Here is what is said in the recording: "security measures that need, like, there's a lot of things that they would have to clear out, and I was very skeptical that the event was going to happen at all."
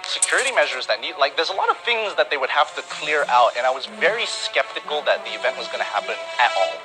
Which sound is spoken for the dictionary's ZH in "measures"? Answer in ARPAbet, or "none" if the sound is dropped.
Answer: ZH